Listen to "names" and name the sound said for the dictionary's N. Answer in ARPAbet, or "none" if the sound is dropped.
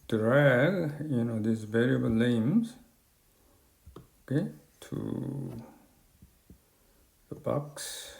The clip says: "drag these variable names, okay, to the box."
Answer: L